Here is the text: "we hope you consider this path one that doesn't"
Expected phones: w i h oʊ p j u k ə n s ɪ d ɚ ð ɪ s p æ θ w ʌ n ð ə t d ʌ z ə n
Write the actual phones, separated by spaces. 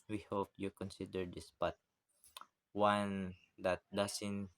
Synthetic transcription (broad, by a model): w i h oʊ p j u k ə n s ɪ d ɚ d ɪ s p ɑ t w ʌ n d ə t d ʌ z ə n